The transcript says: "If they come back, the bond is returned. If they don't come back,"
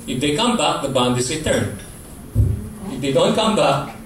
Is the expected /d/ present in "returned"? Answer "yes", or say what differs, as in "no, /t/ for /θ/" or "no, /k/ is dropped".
no, /d/ is dropped